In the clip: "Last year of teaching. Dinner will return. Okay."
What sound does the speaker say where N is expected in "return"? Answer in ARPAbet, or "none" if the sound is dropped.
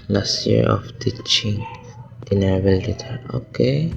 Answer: none